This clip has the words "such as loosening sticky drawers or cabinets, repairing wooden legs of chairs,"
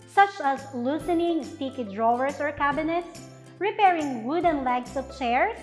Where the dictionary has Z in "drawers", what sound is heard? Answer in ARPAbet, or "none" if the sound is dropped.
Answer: S